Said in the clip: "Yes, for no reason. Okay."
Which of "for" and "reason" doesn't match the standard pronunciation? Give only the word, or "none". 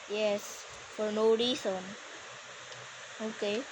reason